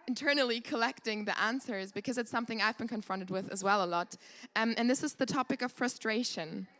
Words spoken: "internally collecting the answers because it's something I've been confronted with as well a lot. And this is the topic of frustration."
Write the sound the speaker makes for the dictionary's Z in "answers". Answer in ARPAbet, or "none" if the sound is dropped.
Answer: Z